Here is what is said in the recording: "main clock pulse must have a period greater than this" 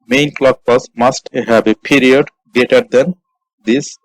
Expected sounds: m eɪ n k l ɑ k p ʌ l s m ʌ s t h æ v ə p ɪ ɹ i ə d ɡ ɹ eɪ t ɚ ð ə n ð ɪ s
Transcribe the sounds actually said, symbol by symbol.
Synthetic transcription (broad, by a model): m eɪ n k l ɑ k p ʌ s m ʌ s t h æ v ə p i ɹ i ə d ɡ eɪ t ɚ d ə n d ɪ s